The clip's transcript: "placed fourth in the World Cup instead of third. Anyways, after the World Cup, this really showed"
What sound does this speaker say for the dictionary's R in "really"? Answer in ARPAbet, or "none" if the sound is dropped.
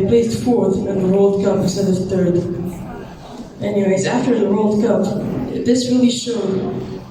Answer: W